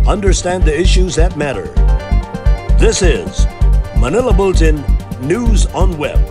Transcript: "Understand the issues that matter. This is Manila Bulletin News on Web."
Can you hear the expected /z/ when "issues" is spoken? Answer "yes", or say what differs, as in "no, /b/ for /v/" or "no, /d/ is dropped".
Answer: yes